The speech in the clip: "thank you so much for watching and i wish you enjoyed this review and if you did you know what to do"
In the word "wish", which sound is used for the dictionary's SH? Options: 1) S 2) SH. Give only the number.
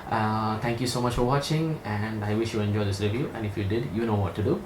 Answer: 2